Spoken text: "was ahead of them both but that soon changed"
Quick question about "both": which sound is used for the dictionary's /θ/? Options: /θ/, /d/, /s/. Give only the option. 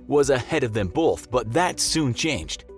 /θ/